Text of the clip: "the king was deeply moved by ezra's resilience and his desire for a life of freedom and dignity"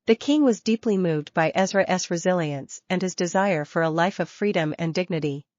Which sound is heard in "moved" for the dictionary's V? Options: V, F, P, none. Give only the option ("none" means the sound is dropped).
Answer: V